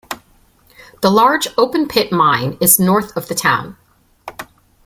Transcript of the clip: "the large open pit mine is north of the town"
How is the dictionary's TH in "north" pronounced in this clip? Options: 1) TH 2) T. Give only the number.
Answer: 1